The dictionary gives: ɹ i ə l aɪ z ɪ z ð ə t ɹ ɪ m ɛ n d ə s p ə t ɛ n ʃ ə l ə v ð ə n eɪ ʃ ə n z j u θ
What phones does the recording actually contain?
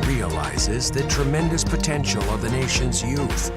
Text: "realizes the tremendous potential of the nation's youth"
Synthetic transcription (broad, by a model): ɹ i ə l aɪ z ɪ z ð ə t ɹ ɪ m ɛ n d ə s p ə t ɛ n ʃ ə l ə v ð ə n eɪ ʃ ə n z j u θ